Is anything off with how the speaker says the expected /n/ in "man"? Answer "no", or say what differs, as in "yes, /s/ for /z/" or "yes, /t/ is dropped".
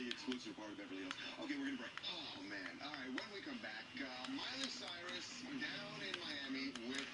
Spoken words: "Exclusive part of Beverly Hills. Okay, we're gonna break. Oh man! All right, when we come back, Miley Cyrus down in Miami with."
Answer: no